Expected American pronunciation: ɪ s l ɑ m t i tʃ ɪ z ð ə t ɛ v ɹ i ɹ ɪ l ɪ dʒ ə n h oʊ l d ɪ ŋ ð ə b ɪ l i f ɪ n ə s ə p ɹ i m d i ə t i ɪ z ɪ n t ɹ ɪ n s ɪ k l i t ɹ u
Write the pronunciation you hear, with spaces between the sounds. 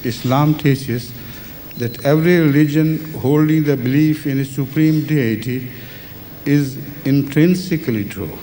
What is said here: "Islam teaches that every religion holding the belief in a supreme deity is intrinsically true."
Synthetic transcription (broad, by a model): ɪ s l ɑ m t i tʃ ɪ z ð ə t ɛ v ɹ i ɹ ɪ l ɪ dʒ ə n h oʊ l d ɪ ŋ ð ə b ɪ l i f ɪ n ə s ə p ɹ i m d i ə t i ɪ z ɪ n t ɹ ɪ n s ɪ k l i t ɹ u